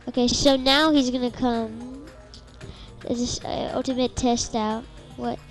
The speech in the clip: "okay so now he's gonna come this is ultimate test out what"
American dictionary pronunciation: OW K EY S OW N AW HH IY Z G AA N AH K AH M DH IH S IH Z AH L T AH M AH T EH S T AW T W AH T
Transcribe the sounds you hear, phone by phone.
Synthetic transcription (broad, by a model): OW K EY S OW N AW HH IY Z G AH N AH K AH M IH IH S AH L T AH M AH T EH S T AW T W AH T